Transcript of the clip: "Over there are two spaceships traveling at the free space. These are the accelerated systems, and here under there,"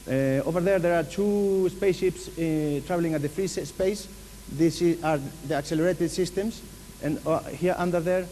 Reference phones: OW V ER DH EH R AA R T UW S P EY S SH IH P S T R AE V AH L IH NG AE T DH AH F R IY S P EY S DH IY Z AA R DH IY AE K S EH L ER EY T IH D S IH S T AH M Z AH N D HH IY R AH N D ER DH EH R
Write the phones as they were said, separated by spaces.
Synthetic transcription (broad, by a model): OW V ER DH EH R AA R T UW S P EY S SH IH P S T R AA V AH L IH NG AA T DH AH F R IY S P EY S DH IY S AA R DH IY AE K S EH L ER EY T IH D S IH S T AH M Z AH N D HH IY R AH N D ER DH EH R